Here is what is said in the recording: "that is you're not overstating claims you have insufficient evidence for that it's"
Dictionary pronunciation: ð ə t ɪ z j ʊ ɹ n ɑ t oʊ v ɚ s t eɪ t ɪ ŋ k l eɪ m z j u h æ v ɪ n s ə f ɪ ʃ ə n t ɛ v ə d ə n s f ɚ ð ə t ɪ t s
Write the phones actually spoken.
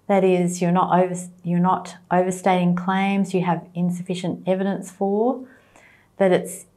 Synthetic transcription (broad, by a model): ð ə t ɪ z j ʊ ɹ n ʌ t oʊ v ɚ s t eɪ t ɪ ŋ k l eɪ m z j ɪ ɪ v ɪ n s ə f ɪ ʃ ə n t ɛ v ə d ə n s f ɚ ð ə t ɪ t s